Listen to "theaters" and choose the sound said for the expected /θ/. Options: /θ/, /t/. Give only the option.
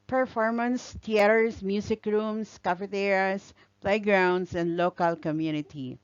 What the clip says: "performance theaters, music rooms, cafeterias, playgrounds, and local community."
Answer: /t/